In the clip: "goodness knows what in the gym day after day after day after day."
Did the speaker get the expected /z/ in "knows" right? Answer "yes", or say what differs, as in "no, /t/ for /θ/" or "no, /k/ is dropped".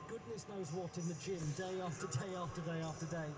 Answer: yes